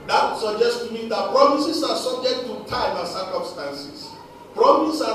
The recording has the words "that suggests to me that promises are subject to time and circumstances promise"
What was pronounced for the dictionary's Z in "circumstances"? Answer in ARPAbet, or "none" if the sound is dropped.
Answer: S